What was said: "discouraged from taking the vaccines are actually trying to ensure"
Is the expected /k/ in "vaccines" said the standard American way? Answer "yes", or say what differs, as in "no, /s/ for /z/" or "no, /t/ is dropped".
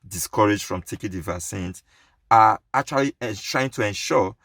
no, /k/ is dropped